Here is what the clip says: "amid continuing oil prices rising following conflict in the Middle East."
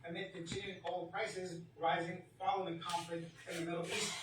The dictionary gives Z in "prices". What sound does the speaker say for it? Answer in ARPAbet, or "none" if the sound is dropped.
Z